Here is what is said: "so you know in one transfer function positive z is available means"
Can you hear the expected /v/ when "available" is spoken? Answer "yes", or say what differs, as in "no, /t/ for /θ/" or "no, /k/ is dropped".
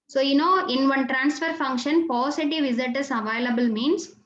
yes